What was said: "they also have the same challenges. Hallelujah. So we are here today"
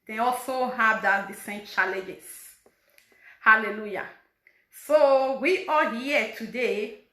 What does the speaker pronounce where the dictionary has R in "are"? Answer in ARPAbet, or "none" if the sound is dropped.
L